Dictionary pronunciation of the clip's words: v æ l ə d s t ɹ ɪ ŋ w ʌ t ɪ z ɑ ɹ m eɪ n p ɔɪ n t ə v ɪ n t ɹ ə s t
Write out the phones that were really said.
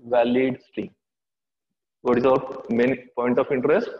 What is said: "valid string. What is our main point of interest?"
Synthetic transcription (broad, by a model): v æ l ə d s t ɪ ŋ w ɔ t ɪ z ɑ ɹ m eɪ n p ɔɪ n t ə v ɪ n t ɹ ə s t